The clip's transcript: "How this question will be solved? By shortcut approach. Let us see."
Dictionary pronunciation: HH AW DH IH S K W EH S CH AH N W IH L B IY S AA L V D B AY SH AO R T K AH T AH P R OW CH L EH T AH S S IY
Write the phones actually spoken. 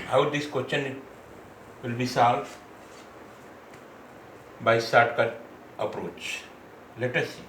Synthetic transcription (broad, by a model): HH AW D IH S K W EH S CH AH N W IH L B IY S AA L D B AY S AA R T K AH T AH P R OW CH L EH T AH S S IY